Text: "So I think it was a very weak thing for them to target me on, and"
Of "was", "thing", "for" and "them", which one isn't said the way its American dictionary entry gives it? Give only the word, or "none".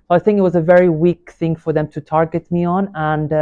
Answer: none